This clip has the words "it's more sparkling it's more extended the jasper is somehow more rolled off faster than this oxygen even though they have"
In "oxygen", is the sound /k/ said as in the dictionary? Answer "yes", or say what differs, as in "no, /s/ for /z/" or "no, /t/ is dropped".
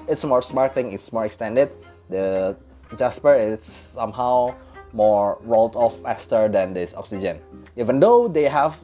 yes